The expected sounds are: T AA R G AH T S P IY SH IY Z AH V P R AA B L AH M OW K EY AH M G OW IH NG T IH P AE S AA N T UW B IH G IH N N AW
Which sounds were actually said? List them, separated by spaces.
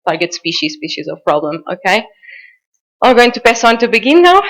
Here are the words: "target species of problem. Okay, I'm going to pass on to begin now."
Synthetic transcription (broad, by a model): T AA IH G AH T S P IY SH IY Z AH V P R AA B L AH M OW K EY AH G OW IH NG T IH P AE S AA N T UW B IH G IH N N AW